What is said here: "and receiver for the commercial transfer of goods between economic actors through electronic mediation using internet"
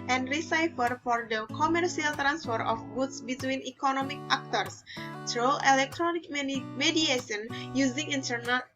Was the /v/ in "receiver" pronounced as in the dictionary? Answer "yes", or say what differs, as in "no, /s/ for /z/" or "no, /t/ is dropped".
no, /f/ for /v/